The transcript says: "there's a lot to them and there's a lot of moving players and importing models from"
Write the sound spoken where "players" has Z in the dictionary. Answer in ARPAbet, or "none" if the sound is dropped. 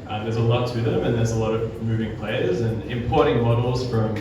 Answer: Z